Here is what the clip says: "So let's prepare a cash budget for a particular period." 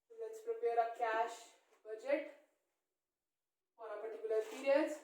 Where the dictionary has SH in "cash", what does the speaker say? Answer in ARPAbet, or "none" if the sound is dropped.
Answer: SH